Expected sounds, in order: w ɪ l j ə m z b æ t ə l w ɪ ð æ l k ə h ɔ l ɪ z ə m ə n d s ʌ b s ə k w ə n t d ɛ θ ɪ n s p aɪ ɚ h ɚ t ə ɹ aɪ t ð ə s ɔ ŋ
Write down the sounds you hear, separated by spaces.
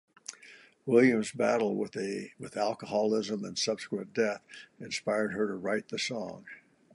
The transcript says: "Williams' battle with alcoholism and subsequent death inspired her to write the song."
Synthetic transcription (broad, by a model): w ɪ l j ə m z b æ t l w ɪ ð æ l k ə h ɔ l ɪ z ə m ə n s ʌ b s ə k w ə n d ɛ θ ɪ n s p aɪ ɚ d ɚ t ə ɹ aɪ t ð ə s ɔ ŋ